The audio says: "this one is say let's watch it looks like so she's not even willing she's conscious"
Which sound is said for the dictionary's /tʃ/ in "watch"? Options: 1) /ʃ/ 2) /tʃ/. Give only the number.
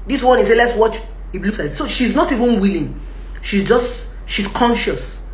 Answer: 2